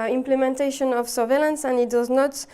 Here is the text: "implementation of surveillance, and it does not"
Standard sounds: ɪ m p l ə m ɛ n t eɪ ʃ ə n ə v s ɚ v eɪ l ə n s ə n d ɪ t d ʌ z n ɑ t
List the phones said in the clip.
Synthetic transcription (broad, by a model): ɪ m p l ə m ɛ n t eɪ ʃ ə n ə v s ɚ v eɪ l ə n s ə n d ɪ t d ʌ z n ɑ t